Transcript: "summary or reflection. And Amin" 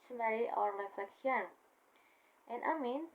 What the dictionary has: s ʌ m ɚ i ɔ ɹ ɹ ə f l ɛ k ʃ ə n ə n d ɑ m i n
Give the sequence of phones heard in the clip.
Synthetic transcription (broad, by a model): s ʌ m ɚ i ɔ ɹ l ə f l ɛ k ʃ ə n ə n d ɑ m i n